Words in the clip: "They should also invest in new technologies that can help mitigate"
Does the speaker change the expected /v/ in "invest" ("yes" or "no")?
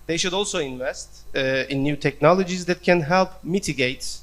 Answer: no